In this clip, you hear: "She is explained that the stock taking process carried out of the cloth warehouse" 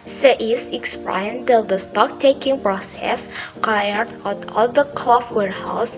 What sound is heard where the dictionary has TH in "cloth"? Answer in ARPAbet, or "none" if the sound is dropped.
F